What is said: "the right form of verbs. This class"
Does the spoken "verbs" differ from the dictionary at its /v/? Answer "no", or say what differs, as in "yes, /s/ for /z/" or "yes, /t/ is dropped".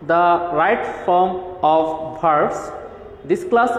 yes, /b/ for /v/